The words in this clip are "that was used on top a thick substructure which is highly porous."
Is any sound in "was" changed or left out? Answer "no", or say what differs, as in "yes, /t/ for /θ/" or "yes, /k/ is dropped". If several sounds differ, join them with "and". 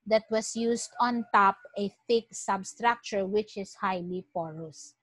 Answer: yes, /s/ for /z/